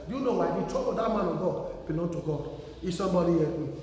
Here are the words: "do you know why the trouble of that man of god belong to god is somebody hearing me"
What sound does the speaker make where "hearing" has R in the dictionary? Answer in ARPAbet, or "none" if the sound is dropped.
none